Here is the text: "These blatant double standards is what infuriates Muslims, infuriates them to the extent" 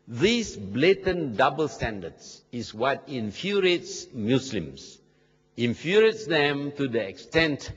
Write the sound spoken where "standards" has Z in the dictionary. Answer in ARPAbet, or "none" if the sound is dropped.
S